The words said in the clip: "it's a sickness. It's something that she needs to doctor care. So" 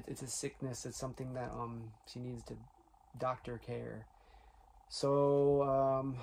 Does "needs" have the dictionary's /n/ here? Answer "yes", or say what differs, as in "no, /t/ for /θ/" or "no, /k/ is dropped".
yes